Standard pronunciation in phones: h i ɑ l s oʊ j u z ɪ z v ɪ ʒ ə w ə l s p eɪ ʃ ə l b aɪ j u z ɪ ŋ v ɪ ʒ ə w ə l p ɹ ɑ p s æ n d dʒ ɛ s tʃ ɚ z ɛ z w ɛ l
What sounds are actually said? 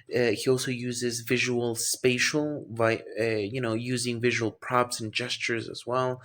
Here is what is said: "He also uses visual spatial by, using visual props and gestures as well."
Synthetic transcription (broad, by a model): h i ɑ l s oʊ j u z ɪ z v ɪ ʒ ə w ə l s p eɪ ʃ l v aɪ j u z ɪ ŋ v ɪ ʒ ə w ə l p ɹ ɑ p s n dʒ ɛ s tʃ ɚ z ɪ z w ɛ l